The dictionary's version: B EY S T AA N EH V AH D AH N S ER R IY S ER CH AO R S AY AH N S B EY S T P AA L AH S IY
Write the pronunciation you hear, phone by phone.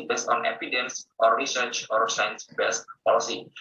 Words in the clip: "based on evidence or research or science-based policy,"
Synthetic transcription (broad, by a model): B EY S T AA N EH P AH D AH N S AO R IY S ER CH AO R S AY AH N S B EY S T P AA L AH S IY